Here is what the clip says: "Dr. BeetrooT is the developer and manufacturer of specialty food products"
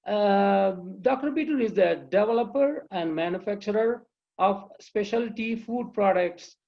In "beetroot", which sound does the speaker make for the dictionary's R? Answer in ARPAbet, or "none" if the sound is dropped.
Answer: none